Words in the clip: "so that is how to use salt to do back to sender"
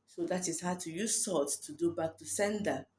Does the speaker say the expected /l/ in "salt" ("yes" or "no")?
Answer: no